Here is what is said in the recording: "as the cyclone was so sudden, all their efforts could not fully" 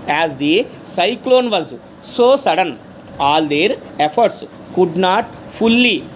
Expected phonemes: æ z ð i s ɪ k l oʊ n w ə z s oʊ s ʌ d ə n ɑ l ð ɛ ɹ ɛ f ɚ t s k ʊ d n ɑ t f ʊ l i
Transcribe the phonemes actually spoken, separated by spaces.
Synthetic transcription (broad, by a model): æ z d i s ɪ k l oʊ n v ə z s oʊ s ʌ d ə n ɑ l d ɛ ɹ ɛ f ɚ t s k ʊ d n ɑ t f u l i